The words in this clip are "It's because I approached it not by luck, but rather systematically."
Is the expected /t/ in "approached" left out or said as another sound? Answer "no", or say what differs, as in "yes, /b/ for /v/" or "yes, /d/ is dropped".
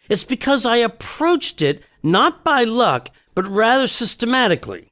no